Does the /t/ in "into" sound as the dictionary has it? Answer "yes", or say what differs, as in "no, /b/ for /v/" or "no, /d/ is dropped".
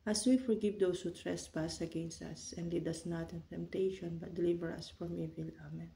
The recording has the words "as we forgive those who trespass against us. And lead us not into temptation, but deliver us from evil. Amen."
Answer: yes